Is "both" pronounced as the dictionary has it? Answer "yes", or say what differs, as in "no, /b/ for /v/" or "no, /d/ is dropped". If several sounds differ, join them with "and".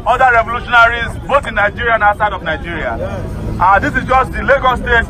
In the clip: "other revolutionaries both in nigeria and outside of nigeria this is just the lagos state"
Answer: no, /t/ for /θ/